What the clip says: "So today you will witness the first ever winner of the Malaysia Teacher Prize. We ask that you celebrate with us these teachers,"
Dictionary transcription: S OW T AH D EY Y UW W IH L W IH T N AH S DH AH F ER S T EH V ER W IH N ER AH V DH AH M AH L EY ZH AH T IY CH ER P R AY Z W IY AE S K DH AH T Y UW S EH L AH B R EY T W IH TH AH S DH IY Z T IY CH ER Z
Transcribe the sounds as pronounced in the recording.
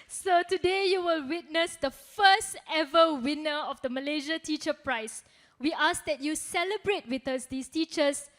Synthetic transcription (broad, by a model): S OW T AH D EY Y UW W IH L W IH T N AH S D AH F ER S T EH V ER W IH N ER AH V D AH M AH L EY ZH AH T IY CH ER P R AY S W IY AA S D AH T Y UW S EH L AH B R EY T W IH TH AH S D IY S T IY CH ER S